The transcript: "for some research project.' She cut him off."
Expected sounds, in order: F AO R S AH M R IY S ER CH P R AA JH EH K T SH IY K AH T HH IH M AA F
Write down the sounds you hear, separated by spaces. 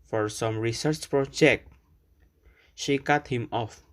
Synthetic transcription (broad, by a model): F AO R S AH M R IY S ER CH P R AA JH EH K T SH IY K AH T HH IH M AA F